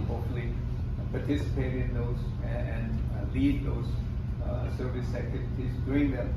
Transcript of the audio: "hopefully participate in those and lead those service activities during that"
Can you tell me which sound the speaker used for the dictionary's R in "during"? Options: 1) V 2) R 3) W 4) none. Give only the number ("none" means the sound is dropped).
4